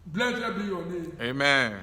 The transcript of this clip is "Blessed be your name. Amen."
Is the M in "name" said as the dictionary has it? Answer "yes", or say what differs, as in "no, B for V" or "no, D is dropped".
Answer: no, M is dropped